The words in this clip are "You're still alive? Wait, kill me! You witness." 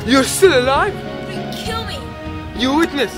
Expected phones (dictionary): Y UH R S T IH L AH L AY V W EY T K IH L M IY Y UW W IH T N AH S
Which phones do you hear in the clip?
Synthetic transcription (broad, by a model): Y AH R S T IH L AH L AY V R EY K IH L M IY Y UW W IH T N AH S